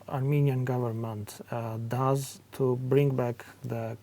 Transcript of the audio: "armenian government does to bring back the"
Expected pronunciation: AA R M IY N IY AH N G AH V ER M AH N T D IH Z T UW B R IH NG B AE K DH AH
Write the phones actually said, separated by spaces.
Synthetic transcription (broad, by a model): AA R M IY N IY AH N G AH V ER M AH N T D IH Z T UW B R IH NG B AE K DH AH